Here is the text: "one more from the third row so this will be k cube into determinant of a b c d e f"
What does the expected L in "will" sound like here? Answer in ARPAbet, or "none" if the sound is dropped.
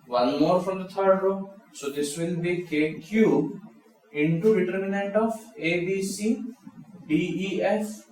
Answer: N